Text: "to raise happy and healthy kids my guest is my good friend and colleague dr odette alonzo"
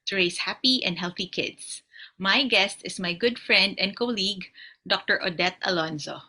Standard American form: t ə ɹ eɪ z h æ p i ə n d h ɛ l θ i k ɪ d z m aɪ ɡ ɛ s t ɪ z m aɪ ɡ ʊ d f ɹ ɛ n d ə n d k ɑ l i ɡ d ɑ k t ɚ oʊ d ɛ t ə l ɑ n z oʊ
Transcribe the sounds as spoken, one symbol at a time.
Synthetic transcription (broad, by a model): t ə ɹ eɪ s h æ p i ə n d h ɛ l θ i k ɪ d s m aɪ ɡ ɛ s t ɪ s m aɪ ɡ ʊ d f ɹ ɛ n d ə n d k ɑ l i ɡ d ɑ k t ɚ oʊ d ɛ t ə l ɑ n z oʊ